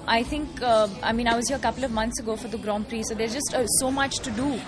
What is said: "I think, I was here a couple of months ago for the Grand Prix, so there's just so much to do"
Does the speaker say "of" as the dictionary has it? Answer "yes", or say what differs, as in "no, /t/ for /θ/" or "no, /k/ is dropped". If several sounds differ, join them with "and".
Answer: yes